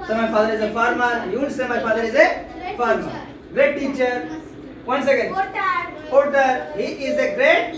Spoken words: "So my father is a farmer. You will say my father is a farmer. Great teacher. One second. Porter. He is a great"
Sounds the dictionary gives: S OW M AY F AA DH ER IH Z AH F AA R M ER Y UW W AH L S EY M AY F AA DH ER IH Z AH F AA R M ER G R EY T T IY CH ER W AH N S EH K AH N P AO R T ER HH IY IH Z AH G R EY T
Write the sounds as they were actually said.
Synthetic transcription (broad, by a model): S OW M AY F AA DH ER IH Z AH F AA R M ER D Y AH N S EY M AY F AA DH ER IH Z AH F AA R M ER G R EY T T IY CH ER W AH N S EH K AH N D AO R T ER HH IY IH Z AH G R EY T